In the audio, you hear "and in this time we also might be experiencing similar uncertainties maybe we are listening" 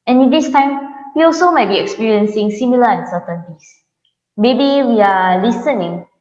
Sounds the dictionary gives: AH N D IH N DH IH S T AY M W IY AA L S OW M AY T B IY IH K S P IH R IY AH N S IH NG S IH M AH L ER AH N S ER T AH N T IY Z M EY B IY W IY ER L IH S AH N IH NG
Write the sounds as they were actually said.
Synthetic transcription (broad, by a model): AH N IH N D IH S T AY M W IY AA L S OW M AY T B IY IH K S P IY R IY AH N S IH NG S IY M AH L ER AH N S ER T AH N T IY S M EY B IY W IY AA L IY S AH N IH NG